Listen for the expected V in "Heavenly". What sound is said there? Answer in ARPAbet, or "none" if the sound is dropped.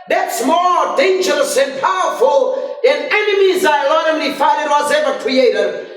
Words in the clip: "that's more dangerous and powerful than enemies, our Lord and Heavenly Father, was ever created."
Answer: F